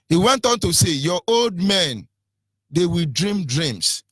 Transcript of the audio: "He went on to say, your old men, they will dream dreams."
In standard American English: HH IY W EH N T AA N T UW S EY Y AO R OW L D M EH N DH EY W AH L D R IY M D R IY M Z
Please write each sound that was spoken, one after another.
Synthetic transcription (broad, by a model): HH IY W EH N T AA N T UW S EY Y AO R OW L D M EH N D EY W AH L D R IY M D R IY M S